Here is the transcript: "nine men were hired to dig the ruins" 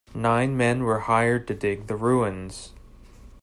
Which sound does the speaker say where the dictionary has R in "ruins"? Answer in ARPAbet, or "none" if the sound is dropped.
R